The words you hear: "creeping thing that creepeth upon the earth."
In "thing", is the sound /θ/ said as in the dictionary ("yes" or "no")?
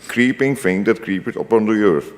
no